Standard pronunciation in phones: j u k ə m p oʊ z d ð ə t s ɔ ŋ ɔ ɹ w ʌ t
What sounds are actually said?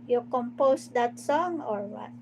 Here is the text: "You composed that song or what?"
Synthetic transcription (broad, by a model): j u k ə m p oʊ s d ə t s ɔ ŋ ɔ ɹ w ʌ t